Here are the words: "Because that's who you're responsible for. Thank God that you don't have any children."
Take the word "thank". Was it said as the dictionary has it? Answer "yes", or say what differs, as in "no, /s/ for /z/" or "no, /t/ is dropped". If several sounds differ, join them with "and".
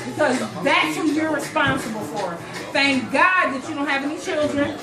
yes